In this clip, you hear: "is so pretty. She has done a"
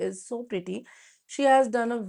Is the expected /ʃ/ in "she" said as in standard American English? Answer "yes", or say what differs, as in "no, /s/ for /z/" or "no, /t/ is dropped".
yes